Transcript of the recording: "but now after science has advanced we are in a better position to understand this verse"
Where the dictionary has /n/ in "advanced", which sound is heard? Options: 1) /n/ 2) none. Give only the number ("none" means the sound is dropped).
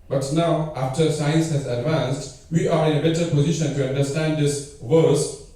1